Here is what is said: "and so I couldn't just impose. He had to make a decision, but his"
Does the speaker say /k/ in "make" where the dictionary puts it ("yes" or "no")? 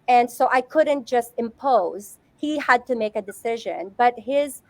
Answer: yes